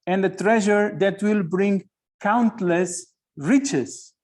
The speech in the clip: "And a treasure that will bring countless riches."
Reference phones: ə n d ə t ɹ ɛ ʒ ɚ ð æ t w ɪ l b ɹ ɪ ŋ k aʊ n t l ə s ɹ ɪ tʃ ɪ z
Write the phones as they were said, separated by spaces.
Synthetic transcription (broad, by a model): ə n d ə t ɹ ɛ ʒ ɚ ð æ t w ɪ l b ɹ ɪ ŋ k aʊ n t l ə s ɹ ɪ tʃ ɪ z